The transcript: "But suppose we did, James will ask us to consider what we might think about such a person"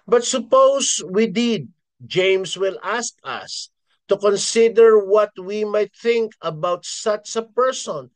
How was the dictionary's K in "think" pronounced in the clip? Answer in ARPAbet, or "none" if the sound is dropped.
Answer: K